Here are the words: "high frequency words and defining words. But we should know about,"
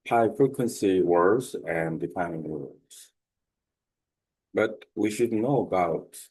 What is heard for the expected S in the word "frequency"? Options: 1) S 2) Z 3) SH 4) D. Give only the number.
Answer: 1